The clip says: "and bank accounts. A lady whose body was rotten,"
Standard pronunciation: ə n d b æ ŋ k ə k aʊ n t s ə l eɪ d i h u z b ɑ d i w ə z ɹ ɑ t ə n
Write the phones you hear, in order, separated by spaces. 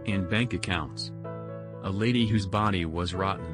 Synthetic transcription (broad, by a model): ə n b æ ŋ k ə k aʊ n t s ə l eɪ d i h u z b ɑ d i w ə z ɹ ɑ t n